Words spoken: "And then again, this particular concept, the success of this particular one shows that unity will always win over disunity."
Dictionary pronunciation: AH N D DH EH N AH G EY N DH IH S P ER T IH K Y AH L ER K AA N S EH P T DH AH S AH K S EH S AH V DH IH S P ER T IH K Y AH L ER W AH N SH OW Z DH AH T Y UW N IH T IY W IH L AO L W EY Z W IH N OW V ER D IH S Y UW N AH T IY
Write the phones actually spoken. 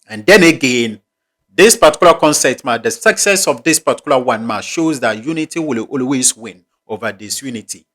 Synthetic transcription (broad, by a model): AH N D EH N AH G EY N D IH S P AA T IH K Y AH L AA K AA N S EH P T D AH S AH K S EH S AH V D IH S P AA T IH K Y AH L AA W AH N SH OW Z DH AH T Y UW N IH T IY W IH L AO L W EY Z W IH N OW V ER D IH S Y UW N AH T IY